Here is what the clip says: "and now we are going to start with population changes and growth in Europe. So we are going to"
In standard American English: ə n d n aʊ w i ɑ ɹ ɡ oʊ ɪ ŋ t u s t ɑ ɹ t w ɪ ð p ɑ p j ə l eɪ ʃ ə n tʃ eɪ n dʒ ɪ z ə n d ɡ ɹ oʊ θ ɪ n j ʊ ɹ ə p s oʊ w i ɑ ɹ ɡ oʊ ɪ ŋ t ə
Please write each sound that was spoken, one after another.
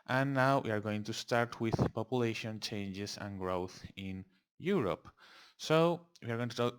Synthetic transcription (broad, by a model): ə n n aʊ w i ɑ ɹ ɡ oʊ ɪ ŋ t u s t ɑ ɹ t w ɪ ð p ɑ p j ə l eɪ ʃ ə n tʃ eɪ n dʒ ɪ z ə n ɡ ɹ oʊ θ ɪ n j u ɹ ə p s oʊ w i ɑ ɹ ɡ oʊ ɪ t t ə